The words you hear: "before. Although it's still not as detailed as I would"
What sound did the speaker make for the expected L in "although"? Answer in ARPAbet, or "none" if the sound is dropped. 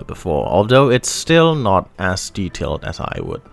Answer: L